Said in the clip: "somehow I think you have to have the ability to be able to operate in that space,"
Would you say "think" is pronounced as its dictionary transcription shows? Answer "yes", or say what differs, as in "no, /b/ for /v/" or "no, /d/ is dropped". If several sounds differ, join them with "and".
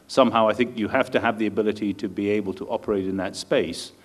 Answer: yes